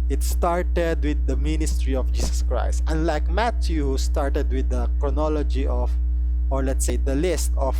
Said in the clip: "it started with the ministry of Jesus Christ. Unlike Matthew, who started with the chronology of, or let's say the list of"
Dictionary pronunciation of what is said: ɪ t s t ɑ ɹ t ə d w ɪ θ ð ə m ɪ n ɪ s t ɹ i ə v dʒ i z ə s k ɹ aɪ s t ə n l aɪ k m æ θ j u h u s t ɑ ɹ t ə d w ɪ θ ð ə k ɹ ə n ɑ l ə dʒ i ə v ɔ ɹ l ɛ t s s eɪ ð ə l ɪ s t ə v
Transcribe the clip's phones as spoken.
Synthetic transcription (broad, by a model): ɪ t s t ɑ ɹ t ə d w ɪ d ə m ɪ n ɪ s t ɹ i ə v dʒ i s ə s k ɹ aɪ s t ə n l aɪ k m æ t j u h u s t ɑ ɹ t ə d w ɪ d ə k ɹ ə n ɑ l ə dʒ i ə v ɔ ɹ l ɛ t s s eɪ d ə l ɪ s t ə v